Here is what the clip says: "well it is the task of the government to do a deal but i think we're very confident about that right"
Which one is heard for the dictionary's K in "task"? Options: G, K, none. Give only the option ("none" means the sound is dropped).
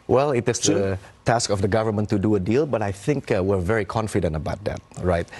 K